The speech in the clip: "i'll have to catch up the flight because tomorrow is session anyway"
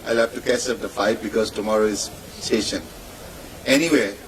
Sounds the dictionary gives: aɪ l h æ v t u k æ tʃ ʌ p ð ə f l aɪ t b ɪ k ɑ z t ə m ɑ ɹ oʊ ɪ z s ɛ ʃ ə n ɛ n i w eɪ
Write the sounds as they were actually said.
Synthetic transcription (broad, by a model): aɪ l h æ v t u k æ s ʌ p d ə f aɪ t b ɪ k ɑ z t ə m ɑ ɹ oʊ ɪ z s ɛ ʃ ə n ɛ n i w eɪ